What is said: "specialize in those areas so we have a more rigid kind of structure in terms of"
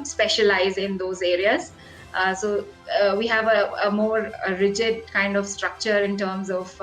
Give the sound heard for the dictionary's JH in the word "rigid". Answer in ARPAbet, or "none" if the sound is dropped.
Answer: JH